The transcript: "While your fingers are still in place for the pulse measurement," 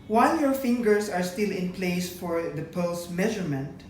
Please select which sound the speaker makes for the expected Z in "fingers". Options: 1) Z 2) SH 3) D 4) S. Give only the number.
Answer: 4